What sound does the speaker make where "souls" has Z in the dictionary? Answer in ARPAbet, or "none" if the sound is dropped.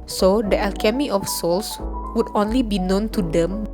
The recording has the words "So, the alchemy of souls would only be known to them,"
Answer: S